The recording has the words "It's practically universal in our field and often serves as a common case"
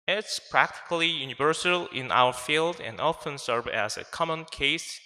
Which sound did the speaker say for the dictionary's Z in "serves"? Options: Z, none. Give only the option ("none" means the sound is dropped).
none